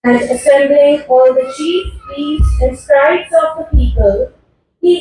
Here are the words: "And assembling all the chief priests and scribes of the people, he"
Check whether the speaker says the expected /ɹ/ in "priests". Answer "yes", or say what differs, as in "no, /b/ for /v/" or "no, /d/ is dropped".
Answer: no, /ɹ/ is dropped